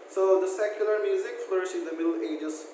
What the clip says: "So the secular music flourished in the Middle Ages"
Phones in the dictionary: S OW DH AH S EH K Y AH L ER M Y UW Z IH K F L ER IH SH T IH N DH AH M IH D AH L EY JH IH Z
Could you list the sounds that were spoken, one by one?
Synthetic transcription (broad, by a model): S OW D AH S EH K Y AH L ER M Y UW Z IH K F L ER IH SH IH N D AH M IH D L EY JH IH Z